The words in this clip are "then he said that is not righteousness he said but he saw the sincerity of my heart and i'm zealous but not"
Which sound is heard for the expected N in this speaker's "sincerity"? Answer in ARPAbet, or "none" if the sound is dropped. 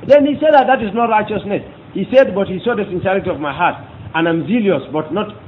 N